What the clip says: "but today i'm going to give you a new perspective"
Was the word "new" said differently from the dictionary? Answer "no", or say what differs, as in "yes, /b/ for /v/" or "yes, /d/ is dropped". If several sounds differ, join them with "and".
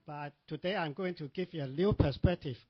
yes, /l/ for /n/